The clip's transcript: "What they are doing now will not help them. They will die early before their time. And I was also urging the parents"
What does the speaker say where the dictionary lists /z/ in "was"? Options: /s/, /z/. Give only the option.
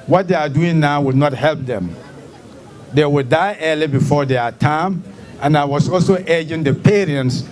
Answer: /s/